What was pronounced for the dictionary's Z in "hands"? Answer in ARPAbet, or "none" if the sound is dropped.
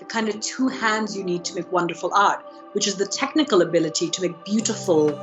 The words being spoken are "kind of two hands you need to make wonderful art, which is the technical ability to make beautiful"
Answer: Z